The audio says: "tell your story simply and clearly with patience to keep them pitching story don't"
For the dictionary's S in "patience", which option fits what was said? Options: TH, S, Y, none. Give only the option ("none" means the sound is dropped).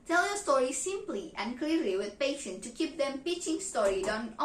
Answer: none